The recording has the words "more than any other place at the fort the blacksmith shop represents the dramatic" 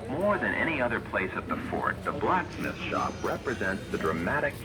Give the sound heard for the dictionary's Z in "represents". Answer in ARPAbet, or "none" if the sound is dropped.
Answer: Z